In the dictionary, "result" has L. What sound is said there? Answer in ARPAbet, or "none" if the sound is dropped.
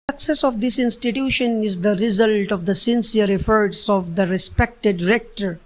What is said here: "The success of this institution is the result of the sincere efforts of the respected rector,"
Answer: L